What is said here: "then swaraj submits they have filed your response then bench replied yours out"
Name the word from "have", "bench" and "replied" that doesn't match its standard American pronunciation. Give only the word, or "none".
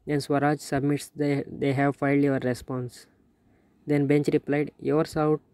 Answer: none